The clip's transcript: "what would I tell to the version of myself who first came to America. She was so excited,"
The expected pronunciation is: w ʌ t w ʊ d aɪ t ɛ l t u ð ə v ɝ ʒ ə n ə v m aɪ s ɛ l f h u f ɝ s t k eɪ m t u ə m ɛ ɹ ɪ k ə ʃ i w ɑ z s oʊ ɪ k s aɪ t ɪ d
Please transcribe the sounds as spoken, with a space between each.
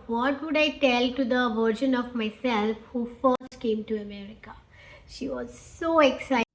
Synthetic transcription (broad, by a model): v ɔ t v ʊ d aɪ t ɛ l t u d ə v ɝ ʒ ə n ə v m aɪ s ɛ l f h u f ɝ s t k eɪ m t u ə m ɛ ɹ ɪ k ə ʃ i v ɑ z s oʊ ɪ k s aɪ ɪ